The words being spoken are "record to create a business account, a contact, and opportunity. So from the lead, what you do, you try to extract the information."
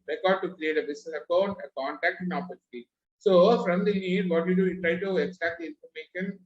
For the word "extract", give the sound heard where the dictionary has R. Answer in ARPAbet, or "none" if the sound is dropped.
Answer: none